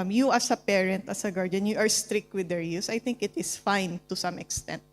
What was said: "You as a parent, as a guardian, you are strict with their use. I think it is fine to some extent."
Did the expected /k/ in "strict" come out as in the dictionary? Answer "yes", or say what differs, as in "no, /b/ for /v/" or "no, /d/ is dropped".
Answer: yes